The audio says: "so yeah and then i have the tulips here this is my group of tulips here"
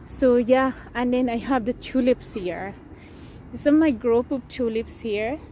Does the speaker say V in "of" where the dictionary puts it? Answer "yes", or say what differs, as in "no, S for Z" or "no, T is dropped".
no, P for V